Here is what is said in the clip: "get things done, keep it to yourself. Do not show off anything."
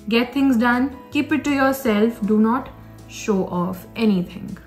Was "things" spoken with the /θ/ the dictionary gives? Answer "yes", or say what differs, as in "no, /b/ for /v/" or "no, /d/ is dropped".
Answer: no, /t/ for /θ/